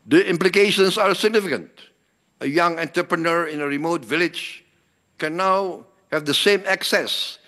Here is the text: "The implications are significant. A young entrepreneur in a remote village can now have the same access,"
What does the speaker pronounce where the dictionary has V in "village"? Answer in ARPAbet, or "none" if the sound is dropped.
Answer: V